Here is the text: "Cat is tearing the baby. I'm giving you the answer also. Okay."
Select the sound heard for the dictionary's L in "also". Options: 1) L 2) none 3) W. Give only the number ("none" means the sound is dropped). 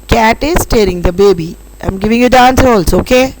1